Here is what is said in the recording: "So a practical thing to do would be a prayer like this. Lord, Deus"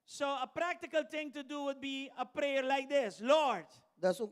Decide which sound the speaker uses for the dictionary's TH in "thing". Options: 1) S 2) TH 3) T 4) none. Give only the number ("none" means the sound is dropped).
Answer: 3